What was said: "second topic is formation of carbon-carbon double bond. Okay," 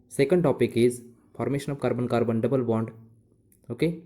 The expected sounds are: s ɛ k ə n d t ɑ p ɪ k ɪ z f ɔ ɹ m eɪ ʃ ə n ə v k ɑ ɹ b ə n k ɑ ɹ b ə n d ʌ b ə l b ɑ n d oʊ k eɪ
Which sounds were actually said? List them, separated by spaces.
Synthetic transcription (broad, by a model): s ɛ k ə n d t ɑ p ɪ k ɪ z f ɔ ɹ m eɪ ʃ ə n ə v k ɑ ɹ b ə n k ɑ ɹ b ə n d ʌ b ə l b ɑ n d oʊ k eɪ